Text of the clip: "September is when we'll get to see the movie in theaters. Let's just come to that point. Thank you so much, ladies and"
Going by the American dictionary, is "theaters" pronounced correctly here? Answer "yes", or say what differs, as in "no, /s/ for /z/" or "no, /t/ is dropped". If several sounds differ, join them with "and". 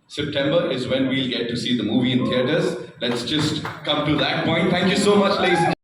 no, /t/ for /θ/